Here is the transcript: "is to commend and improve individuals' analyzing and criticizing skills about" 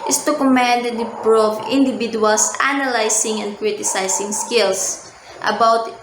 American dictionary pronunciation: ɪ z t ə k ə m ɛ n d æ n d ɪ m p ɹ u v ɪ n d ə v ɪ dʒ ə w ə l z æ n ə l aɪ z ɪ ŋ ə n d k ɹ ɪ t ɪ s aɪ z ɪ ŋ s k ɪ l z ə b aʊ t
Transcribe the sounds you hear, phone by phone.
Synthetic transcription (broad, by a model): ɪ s t ə k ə m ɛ n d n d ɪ p ɹ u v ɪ n d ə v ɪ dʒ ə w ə l s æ n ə l aɪ s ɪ ŋ ə n d k ɹ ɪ t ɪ s aɪ s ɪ ŋ s k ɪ l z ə b aʊ t